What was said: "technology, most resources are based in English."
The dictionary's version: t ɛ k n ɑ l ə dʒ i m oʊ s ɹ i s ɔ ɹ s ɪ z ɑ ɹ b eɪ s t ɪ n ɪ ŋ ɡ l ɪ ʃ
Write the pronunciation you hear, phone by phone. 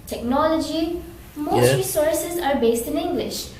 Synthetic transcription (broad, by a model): t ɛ k n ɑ l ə dʒ i m oʊ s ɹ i s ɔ ɹ s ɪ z ɑ ɹ b eɪ s t ɪ n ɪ ŋ ɡ l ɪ ʃ